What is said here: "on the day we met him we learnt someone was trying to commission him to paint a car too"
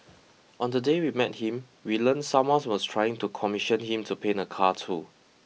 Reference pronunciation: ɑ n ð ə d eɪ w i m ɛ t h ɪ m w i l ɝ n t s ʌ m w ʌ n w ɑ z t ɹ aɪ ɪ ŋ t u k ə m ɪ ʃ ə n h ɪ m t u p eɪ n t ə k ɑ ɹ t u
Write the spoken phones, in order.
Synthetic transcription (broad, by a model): ɑ n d ə d eɪ w i m ɛ t h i m w i l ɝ n s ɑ m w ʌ n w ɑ s t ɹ aɪ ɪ ŋ t u k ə m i ʃ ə n h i m t u p eɪ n ə k ɑ t u